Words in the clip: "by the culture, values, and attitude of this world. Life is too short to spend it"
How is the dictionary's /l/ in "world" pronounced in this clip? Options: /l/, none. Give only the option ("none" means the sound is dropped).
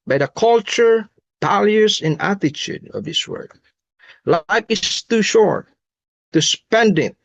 none